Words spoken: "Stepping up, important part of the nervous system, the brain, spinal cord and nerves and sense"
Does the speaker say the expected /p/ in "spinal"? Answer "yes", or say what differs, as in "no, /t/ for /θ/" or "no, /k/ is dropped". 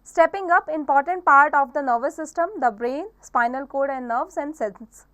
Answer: yes